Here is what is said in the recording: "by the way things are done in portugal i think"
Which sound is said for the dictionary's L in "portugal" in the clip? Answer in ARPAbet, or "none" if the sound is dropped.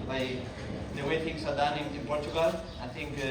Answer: L